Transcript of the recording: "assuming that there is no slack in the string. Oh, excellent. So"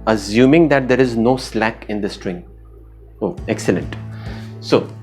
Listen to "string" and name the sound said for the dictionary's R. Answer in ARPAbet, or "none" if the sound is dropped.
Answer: R